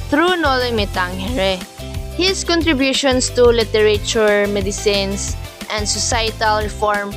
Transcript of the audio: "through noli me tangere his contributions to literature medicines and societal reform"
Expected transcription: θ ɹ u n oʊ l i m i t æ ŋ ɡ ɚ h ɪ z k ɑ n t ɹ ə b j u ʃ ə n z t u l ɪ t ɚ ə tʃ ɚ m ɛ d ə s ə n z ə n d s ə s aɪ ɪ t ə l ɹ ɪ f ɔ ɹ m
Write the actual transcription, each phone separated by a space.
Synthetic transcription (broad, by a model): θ ɹ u n oʊ l i m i t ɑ ŋ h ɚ h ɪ s k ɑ n t ɹ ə b j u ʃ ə n s t u l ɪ t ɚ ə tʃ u m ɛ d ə s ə n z ə n d s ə s aɪ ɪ t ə l ɹ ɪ f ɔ ɹ m